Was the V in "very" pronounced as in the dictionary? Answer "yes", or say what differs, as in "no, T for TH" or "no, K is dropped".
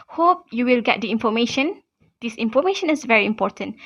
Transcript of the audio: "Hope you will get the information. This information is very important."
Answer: yes